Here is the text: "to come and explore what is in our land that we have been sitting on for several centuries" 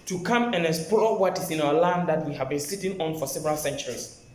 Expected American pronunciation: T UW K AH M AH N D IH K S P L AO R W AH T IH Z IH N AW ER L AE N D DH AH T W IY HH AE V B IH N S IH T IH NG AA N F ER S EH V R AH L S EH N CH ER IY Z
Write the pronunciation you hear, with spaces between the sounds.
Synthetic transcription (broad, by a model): T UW K AH M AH N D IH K S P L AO W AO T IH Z IH N AW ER L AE N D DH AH T W IY HH AE V B IH N S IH T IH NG AA N F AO S EH V R AH L S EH N CH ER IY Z